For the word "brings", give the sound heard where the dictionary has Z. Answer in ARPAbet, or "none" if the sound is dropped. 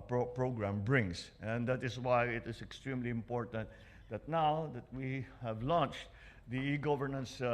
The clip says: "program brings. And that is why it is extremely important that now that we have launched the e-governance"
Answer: S